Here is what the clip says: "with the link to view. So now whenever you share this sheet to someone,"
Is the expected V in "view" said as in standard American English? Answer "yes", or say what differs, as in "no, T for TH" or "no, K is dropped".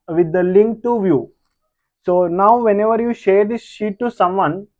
yes